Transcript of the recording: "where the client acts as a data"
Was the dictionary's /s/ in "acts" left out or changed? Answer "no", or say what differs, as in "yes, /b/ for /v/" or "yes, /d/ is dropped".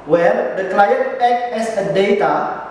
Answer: yes, /s/ is dropped